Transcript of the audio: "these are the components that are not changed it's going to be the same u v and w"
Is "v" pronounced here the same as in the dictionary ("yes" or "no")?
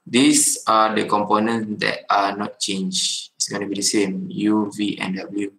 yes